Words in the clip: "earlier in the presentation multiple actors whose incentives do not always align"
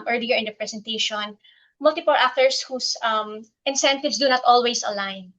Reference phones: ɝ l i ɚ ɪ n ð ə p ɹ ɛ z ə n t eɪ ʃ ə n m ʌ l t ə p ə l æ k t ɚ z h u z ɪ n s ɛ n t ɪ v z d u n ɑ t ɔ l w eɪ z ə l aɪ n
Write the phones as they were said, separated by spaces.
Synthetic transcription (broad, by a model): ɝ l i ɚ ɪ n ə p ɹ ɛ s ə n t eɪ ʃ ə n m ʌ l t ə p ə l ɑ k t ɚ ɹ h u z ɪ n s ɛ n t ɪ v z d u n ɑ t ɔ l w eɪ s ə l aɪ n